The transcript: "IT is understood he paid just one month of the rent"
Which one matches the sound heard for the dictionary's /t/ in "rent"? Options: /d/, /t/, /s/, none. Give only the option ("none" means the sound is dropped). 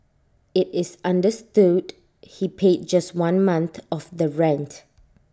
/t/